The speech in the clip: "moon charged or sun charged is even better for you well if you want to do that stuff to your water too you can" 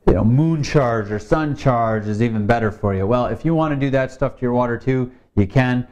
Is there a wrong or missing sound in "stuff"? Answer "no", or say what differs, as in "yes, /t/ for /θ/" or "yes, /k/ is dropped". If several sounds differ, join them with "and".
no